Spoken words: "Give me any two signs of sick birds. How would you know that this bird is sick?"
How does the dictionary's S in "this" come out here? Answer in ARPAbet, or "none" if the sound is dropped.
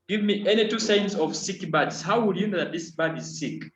S